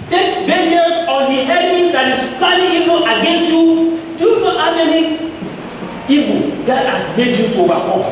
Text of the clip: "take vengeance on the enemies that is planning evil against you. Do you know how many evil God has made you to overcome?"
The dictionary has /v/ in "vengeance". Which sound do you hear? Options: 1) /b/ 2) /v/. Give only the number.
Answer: 1